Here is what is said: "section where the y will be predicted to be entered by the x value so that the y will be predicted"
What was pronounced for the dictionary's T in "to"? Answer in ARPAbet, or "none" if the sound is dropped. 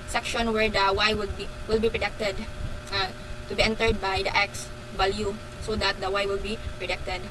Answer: T